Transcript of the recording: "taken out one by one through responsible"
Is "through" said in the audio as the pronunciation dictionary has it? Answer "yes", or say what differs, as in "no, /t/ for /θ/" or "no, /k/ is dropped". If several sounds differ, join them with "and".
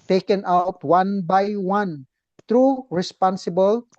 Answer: no, /t/ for /θ/